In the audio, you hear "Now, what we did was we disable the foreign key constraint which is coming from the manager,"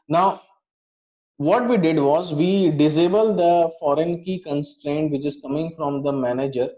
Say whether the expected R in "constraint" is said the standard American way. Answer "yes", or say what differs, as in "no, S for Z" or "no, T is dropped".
yes